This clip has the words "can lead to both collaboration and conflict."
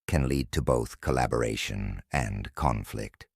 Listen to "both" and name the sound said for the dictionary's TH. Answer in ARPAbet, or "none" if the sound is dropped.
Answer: TH